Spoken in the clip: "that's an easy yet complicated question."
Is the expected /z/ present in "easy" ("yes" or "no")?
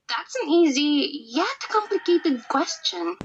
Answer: yes